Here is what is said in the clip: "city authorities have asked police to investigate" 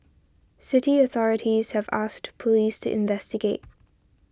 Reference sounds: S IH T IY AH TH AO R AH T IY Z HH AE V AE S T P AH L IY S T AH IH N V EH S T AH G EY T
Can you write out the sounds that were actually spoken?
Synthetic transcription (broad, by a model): S IH T IY AH TH AO R AH T IY Z HH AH V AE S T P AH L IY S T AH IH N V EH S T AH G EY T